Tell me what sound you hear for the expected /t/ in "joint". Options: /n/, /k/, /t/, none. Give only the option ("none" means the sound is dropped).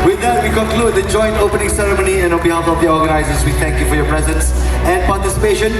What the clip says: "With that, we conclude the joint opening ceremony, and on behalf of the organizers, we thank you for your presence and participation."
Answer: /t/